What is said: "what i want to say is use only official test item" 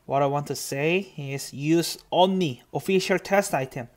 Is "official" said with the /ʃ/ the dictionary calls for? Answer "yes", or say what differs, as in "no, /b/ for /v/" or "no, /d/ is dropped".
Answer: yes